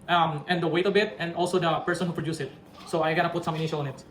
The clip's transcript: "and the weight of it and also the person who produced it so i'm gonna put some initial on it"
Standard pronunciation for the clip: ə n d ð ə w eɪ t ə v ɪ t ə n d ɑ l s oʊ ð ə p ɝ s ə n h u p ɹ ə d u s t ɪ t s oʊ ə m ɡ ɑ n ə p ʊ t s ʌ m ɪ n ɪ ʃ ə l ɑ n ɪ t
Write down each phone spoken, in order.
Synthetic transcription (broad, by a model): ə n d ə w eɪ t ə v ɪ t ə n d ɑ l s oʊ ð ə p ɝ s ə n h u p ɹ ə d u s ɪ t s oʊ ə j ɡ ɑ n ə p ʊ t s ʌ m ɪ n ɪ ʃ ə l ɑ n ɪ t